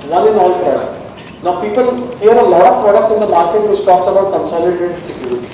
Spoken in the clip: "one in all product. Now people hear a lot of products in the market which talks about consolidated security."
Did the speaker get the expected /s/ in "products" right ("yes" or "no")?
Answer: yes